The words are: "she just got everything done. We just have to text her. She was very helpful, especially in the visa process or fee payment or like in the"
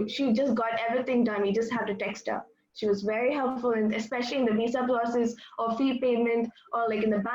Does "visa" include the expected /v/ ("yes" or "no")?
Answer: no